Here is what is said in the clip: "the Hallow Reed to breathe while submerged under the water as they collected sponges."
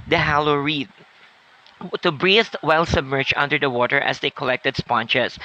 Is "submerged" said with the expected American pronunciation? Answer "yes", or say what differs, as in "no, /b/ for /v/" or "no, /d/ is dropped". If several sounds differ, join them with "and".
no, /d/ is dropped